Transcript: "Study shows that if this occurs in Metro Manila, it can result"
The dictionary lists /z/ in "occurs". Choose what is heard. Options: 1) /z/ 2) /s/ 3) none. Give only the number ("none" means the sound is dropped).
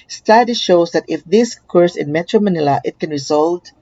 2